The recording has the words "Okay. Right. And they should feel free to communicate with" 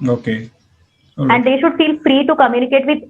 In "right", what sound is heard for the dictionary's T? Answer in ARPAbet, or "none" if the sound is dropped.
none